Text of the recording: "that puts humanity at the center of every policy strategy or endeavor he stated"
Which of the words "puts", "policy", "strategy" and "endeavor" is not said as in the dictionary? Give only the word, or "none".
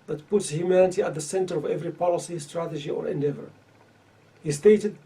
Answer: none